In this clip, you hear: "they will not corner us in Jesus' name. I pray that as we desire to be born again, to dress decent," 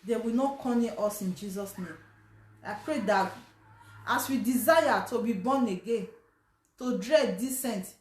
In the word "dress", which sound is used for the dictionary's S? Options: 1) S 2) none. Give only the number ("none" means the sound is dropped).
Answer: 2